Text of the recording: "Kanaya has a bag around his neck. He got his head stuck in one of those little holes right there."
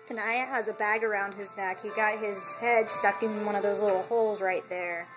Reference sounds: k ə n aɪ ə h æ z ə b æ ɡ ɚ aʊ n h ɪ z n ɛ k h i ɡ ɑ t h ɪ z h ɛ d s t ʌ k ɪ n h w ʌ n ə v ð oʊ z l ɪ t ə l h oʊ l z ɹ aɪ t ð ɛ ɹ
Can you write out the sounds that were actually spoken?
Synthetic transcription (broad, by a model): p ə n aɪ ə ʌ z ə b æ ɡ ɚ aʊ n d ɪ z n ɛ k h i ɡ ɑ t h ɪ z h ɛ d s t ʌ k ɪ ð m w ʌ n ə v ð oʊ z l ɪ t l h oʊ l z ɹ aɪ t ð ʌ ɹ